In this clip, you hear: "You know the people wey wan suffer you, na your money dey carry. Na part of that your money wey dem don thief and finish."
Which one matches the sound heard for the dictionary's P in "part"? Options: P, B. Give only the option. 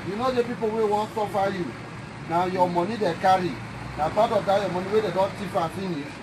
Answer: B